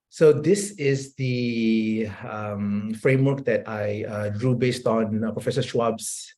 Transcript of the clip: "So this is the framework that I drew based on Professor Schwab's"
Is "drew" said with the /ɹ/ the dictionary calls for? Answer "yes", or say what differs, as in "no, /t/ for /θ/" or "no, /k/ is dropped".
yes